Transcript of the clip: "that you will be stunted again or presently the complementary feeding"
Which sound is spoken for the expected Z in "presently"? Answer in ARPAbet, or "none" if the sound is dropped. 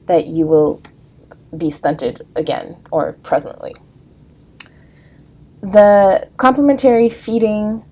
Z